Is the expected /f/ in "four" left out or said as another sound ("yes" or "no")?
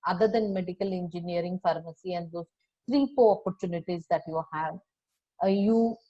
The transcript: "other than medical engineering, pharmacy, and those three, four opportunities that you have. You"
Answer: yes